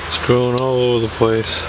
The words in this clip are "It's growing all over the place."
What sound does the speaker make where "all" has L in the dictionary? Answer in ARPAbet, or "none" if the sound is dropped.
L